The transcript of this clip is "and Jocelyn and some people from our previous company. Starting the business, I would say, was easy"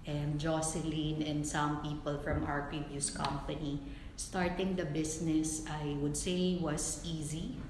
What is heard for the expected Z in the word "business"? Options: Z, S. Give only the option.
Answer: S